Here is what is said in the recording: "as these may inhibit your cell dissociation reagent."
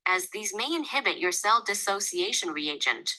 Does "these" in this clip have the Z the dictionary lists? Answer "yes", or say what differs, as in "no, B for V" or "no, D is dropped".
yes